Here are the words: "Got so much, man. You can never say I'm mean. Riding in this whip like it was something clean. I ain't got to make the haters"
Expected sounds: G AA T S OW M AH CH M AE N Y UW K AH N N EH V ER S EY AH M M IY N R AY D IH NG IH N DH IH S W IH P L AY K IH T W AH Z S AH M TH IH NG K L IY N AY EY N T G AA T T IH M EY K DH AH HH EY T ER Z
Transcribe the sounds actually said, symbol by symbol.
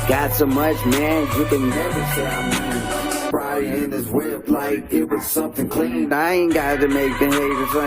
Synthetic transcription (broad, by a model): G AA T S OW M AH CH M AE N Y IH K AH N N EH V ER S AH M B R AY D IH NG IH N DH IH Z W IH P L AY K IH T W AH Z S AH M TH IH NG K L IY N AY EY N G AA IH T IH M EY K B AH HH EY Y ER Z